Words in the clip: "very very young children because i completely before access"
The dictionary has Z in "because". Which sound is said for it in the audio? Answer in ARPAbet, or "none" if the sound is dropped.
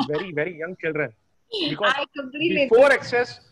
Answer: none